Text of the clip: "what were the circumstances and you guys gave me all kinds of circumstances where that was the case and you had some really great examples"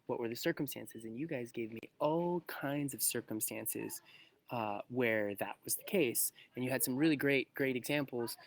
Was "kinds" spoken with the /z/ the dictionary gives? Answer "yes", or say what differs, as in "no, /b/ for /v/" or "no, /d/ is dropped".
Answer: yes